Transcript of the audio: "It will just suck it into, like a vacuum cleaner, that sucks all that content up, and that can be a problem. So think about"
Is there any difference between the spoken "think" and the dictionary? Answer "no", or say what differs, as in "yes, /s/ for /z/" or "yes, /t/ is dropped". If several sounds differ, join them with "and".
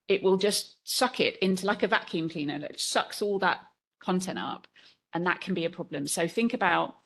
no